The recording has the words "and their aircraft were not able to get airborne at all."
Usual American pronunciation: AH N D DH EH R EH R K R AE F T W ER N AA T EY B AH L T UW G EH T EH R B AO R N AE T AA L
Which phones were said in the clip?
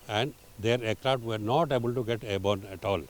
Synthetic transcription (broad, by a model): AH N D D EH R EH K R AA T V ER N AA T EY B AH L T UW G EH T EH B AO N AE T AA L